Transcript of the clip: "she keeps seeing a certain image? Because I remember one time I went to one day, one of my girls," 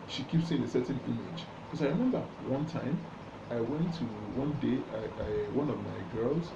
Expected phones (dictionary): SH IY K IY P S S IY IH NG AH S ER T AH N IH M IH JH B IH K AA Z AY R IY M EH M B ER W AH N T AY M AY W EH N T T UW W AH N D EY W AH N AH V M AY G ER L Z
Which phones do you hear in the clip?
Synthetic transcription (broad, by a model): SH IY K IY P S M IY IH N AH S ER T N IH M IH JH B K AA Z AY R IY M EH M B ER W AH N T AY M AY W EH N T T UW W AH N D EY W AH N AH V M AY G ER L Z